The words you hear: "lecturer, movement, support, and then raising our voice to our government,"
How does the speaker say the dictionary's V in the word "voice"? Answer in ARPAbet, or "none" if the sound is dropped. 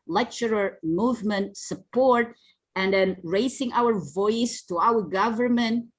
V